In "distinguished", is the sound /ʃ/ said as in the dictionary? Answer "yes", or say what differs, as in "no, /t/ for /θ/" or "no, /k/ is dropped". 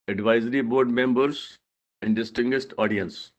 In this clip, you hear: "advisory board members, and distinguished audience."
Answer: no, /s/ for /ʃ/